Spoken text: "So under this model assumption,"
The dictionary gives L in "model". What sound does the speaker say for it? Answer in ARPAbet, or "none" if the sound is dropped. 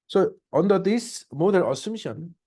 N